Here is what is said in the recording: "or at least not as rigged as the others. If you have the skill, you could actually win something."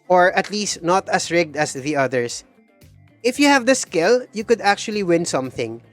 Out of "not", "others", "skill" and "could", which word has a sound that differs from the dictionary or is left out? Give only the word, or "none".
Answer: others